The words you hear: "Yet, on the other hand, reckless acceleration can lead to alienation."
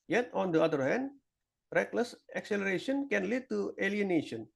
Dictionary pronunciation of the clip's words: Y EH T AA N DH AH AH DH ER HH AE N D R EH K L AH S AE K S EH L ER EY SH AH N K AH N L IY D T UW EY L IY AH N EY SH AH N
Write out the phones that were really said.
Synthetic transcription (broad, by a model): Y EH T AA N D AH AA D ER HH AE N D R EH K L AH S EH K S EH L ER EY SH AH N K AH N L IY D T UW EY L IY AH N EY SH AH N